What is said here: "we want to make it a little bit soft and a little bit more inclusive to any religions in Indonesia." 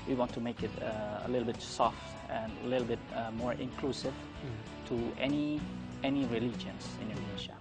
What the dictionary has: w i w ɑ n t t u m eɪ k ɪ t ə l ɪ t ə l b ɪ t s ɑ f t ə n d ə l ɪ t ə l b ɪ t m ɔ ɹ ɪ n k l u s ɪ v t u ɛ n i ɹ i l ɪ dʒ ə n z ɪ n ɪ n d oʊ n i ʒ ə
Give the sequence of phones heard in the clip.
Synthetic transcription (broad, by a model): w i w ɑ n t t u m eɪ k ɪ t ə l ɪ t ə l b ɪ t s ɑ f t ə n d ə l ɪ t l b ɪ t m ɔ ɹ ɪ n k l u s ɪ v t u ɛ n i ɹ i l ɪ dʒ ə n s ɪ n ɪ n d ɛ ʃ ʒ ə